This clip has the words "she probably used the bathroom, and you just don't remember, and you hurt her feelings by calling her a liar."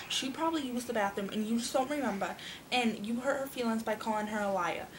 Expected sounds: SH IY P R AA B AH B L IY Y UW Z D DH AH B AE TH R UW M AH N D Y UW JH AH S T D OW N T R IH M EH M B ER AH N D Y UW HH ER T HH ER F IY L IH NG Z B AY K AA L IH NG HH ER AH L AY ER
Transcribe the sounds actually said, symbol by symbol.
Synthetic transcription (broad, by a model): SH IY P R AA B AH B L IY Y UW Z DH AH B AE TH IH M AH N Y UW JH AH S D OW N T R IH M EH M B ER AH N Y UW HH ER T HH ER F IY L IH NG Z B AY K AA L IH NG HH ER AH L AY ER